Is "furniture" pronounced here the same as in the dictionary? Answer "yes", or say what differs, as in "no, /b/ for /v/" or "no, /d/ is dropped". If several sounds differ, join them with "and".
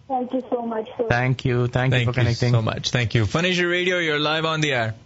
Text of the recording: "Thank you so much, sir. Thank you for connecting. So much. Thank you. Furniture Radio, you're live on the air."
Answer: no, /ʃ/ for /tʃ/